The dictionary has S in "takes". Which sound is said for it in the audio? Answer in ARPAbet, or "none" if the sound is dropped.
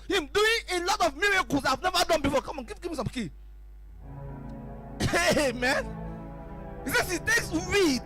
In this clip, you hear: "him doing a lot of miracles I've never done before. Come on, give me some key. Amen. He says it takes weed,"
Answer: S